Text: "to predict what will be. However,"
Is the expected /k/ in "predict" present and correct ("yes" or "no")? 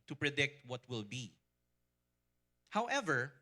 yes